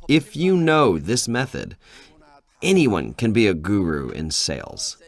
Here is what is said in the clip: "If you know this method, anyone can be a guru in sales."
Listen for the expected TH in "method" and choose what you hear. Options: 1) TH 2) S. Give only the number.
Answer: 1